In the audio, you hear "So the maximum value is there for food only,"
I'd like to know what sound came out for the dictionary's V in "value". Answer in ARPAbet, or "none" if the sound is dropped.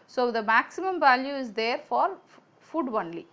V